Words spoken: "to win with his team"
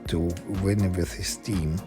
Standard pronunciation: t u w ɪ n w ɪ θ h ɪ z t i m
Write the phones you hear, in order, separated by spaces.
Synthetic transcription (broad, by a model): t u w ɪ n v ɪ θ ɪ s t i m